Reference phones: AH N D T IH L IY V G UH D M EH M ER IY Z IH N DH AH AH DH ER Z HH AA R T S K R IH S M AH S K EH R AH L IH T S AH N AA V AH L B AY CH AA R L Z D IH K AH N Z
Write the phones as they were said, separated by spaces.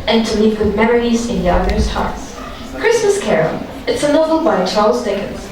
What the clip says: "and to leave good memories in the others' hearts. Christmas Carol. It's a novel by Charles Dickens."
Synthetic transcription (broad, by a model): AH N T IH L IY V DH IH M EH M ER IY Z IH N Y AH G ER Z HH AA R T S K R IH S M AH S K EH R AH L IH T S AH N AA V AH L B AY CH AA R L Z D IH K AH N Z